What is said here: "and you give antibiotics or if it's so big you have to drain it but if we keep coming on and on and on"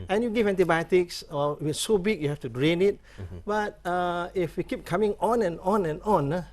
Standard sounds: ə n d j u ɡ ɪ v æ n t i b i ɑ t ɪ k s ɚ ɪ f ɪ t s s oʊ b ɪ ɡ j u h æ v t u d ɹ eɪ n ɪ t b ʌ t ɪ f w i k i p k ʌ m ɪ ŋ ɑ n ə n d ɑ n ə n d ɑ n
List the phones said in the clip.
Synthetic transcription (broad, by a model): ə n j u ɡ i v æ n t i b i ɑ t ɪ k s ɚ ɪ f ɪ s s oʊ b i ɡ j u h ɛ f t u d ɹ eɪ n ɪ t b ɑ t ɪ f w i k i p k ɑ m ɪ ŋ ɑ n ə n ɑ n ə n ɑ n